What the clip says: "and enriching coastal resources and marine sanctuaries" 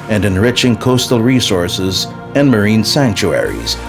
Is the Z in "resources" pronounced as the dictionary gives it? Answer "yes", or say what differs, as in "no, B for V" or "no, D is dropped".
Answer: yes